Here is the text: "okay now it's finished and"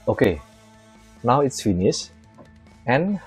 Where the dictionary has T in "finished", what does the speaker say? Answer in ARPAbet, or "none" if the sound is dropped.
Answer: none